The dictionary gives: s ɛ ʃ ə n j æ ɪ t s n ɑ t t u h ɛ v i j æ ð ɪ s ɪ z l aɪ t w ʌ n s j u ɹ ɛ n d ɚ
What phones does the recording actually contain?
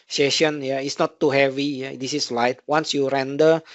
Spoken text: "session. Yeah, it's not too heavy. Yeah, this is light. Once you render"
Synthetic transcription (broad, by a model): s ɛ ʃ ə n j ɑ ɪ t s n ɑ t t u h ɛ v i j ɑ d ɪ s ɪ s l aɪ t w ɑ n s j u ɹ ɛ n d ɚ